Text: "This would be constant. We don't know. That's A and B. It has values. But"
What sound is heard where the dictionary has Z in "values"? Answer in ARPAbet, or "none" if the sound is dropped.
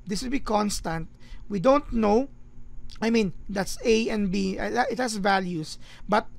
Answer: S